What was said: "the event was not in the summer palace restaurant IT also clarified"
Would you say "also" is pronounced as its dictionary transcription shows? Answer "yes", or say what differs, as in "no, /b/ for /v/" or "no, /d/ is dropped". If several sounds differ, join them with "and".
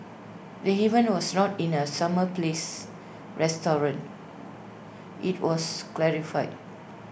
no, /l/ is dropped